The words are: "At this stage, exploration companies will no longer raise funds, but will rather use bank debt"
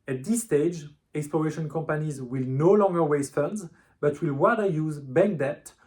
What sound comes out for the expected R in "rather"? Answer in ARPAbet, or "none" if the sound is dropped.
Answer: W